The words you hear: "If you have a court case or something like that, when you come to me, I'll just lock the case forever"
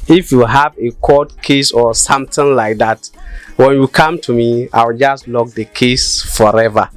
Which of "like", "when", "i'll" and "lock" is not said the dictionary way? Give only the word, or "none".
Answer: i'll